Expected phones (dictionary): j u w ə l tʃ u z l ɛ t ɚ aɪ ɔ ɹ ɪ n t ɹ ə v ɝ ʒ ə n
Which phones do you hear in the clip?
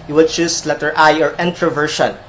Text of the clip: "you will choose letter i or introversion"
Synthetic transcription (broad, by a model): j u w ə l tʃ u s l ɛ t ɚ aɪ ɔ ɹ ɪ n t ɹ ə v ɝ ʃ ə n